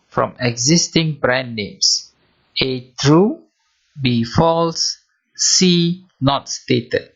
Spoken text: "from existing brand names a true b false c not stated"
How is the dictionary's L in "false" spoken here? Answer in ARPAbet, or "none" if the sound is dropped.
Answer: L